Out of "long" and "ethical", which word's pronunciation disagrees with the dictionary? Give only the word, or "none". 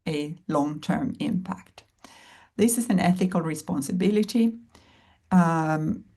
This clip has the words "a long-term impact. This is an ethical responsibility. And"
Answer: none